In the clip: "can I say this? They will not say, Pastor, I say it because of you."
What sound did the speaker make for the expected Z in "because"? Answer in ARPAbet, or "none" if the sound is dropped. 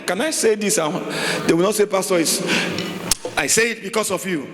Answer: S